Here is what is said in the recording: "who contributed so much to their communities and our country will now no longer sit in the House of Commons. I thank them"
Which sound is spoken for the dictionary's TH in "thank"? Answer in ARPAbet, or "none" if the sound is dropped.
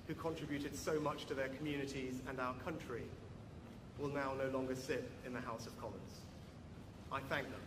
TH